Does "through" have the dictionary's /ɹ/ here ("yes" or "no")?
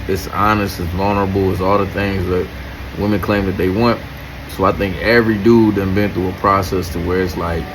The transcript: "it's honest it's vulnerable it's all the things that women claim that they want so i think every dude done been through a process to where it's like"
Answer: no